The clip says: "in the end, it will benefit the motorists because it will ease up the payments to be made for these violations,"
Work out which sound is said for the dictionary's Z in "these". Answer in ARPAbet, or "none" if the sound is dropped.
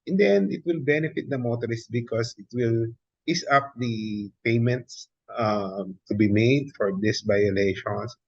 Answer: S